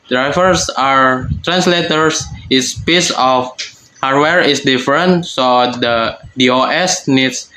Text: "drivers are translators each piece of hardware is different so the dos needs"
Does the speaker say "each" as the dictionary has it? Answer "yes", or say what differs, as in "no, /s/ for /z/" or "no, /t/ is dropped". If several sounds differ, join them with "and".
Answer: no, /s/ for /tʃ/